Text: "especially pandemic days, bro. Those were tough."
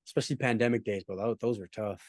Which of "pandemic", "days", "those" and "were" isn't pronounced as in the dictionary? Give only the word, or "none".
none